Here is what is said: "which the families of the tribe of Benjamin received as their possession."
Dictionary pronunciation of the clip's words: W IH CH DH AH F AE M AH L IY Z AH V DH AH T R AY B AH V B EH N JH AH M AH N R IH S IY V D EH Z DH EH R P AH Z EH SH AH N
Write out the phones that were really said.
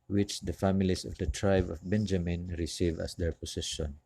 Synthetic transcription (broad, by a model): W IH CH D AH F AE M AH L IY S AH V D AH T R AY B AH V B EH N JH AH M AH N R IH S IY V AA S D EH R P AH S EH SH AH N